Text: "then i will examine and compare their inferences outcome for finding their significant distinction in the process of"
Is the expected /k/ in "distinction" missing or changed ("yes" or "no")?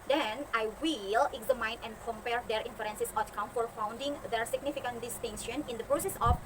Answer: yes